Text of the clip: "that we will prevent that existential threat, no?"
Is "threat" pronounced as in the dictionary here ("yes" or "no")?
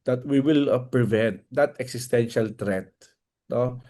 no